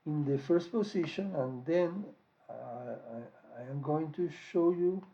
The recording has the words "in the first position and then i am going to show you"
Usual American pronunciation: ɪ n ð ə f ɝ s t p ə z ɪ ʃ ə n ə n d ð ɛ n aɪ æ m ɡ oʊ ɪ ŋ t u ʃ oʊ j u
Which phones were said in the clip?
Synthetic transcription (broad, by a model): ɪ n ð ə f ɝ s t p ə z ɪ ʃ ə n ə n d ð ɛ n aɪ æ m ɡ oʊ ɪ ŋ t u ʃ oʊ j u